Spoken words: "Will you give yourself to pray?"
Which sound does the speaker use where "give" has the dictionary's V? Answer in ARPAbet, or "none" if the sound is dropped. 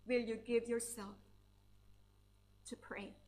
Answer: V